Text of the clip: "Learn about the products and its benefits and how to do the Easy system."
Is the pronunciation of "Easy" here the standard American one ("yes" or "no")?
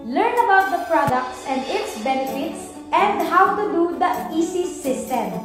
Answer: no